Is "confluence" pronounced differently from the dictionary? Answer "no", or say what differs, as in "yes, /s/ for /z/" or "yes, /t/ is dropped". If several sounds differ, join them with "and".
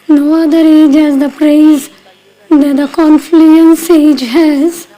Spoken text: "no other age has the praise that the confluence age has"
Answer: no